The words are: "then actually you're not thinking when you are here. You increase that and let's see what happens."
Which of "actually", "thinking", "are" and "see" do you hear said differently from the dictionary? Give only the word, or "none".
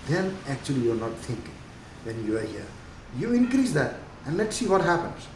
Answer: thinking